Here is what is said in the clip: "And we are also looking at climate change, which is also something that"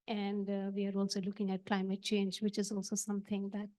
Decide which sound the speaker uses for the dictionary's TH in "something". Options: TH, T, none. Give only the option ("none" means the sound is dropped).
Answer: T